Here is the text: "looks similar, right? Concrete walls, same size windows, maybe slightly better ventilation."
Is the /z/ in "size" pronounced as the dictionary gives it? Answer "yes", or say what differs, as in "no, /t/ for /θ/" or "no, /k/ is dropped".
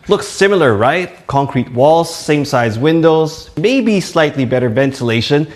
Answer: yes